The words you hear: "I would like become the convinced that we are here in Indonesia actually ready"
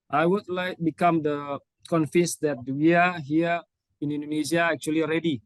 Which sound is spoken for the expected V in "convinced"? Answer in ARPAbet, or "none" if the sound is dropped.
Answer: F